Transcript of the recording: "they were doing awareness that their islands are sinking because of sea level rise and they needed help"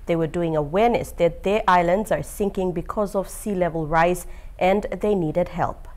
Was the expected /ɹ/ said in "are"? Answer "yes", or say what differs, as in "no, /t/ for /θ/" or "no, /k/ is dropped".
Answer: yes